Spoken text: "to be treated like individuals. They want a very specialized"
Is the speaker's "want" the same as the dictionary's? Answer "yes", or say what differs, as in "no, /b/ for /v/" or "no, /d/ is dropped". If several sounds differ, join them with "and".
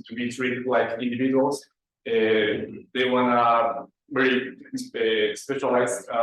no, /t/ is dropped